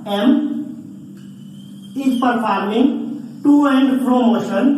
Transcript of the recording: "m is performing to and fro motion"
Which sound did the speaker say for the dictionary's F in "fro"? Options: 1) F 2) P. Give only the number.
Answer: 2